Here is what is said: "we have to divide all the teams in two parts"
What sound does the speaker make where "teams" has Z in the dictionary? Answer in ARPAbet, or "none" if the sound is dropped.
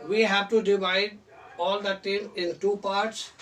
none